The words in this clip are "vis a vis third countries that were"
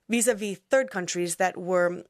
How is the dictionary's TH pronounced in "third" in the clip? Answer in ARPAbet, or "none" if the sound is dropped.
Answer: TH